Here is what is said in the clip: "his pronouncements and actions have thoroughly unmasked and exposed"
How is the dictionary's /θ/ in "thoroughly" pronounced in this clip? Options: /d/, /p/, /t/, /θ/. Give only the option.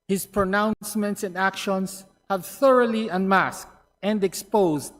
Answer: /θ/